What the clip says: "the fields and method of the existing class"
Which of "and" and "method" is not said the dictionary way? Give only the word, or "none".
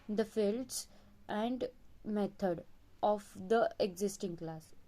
method